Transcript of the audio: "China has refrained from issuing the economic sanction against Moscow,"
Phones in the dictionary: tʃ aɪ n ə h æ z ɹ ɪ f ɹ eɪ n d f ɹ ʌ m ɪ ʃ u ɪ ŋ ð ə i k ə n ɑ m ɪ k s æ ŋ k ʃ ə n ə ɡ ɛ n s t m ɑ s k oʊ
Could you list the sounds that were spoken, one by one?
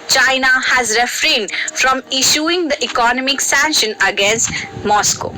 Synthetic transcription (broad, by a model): tʃ aɪ n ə h æ z ɹ ɪ f ɹ eɪ n d f ɹ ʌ m ɪ ʃ u ɪ ŋ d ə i k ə n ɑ m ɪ k s æ ŋ k ʃ ə n ə ɡ ɛ n s t m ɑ s k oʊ